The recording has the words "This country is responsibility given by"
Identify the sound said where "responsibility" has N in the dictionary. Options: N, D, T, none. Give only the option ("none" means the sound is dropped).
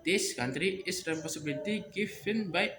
none